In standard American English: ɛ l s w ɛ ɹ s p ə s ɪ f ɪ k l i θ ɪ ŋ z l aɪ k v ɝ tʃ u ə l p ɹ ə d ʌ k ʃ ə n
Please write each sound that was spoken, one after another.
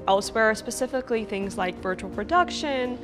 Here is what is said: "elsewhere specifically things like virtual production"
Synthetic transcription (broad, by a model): ɛ l s w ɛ ɹ s p ə s ɪ f ɪ k l i θ ɪ ŋ z l aɪ k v ɝ tʃ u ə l p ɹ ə d ʌ k ʃ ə n